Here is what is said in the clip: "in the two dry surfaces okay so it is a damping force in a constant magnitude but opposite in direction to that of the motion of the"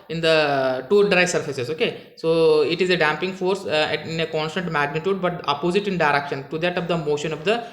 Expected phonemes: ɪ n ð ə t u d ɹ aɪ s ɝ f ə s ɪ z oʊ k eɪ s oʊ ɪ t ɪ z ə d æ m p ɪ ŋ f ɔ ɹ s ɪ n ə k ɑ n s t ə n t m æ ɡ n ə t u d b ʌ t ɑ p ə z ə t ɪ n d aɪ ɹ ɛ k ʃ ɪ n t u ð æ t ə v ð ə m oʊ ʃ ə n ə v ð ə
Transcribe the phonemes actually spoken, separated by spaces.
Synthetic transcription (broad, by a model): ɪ n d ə t u d ɹ aɪ s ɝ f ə s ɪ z oʊ k eɪ s oʊ ɪ t ɪ z ə d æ m p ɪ ŋ f ɔ ɹ s ɪ n ə k ɑ n s t ə n t m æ ɡ n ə t u d b ʌ t ɑ p ə z ə t ɪ n d aɪ ɹ ɛ k ʃ ɪ n t u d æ t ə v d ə m oʊ ʃ ə n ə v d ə